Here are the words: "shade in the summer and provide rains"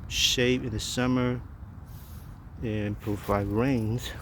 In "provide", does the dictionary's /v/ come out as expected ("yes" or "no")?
no